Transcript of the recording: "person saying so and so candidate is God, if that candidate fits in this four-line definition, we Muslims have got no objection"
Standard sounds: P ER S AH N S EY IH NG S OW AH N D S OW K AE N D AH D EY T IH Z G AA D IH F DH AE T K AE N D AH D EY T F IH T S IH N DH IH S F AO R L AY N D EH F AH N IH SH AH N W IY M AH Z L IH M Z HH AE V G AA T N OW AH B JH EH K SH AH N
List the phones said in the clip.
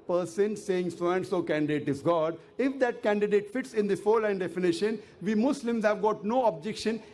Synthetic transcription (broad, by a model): P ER S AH N S EY IH NG S OW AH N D S OW K AE N D AH D EY T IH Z G AA D IH F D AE T K AE N D AH D EY T F IH T S IH N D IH F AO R L AY N D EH F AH N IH SH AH N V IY M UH S L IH M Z HH AE V G AA T N OW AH B JH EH K SH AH N